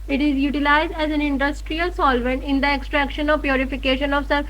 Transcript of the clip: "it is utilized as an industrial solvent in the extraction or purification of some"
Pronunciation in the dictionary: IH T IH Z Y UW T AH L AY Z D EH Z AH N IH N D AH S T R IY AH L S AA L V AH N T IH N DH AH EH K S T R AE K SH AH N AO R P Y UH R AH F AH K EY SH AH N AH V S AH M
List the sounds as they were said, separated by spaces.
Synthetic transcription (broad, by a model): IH T IH Z Y UW T AH L AY Z D EH Z AH N IH N D AH S T R IY AH L S AA L V AH N T IH N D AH EH K S T R AE K SH AH N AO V P Y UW R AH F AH K EY SH AH N AH V S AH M